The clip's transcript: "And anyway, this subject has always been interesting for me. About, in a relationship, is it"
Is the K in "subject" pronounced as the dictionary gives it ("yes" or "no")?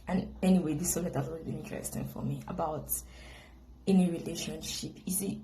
no